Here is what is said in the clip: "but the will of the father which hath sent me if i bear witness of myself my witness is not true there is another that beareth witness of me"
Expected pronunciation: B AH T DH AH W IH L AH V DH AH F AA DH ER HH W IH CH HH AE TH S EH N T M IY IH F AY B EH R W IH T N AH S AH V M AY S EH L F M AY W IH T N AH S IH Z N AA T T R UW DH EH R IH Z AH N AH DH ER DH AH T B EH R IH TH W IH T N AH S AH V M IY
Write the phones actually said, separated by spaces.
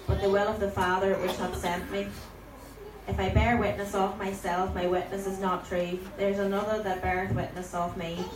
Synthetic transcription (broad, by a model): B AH T DH AH W IH L AH V DH AH F AA DH ER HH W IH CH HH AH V S EH N T M IY IH F AY B EH R W IH T N AH S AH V M AY S EH L F M AY W IH T N AH S IH Z N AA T T R UW DH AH R Z AH N AH DH ER DH AH T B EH R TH W IH T N AH S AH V M IY